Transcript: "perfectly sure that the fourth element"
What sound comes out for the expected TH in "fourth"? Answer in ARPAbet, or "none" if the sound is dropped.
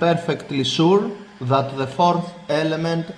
TH